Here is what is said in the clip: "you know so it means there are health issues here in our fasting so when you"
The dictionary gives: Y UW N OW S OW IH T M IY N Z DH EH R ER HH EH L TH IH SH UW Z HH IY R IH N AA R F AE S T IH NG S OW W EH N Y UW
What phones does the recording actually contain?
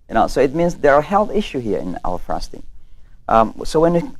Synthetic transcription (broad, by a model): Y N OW S OW IH T M IY N Z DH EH R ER HH EH L TH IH SH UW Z HH IY R IH N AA L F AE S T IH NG S OW W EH N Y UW